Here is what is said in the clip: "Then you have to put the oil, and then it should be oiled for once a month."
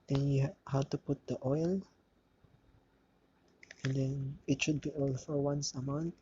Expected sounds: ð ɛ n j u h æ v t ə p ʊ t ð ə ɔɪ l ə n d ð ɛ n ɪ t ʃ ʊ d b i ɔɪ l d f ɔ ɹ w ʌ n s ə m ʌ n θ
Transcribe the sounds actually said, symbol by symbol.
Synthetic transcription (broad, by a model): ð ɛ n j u h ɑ w t ə p ʊ t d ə ɔɪ l ə n d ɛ n ɪ t ʃ ʊ d b i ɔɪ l f ɔ ɹ w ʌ n s ə m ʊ n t